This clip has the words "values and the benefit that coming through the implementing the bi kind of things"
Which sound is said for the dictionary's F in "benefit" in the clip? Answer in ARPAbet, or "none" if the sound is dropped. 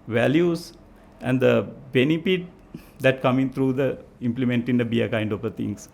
P